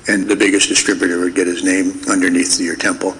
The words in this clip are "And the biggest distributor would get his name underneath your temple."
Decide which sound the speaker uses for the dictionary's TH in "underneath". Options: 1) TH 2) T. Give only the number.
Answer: 1